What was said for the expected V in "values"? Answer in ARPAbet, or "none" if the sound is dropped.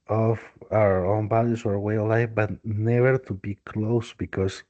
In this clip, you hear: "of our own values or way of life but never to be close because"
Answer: B